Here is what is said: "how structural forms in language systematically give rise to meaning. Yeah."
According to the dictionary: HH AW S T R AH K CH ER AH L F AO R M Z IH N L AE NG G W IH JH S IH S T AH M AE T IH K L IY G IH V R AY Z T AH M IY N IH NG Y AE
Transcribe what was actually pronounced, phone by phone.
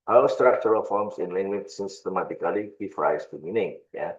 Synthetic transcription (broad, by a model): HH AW S T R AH K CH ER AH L F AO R M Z IH N L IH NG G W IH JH S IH S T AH M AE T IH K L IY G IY F R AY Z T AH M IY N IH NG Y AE